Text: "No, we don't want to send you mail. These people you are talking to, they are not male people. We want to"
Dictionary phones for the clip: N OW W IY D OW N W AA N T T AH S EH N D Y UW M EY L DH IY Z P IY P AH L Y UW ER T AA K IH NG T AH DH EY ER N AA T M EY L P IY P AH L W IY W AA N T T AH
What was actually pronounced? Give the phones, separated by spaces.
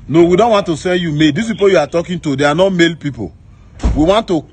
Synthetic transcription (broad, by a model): N OW W IY D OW N W AA N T T AH S EH N D Y UW M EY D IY S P IY P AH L Y UW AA T AA K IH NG T AH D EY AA N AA M EY L P IY P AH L W IY W AA N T T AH